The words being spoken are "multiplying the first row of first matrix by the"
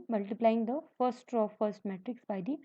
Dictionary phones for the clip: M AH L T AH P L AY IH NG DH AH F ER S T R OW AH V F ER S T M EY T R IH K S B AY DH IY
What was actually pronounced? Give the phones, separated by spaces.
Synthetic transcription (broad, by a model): M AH L T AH P L AY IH NG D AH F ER S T R OW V F ER S T M EY T R IH K S B AY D IY